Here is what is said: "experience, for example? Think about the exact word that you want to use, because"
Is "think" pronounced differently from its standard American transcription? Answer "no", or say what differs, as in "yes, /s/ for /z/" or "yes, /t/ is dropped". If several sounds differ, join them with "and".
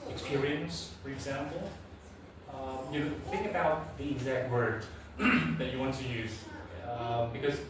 no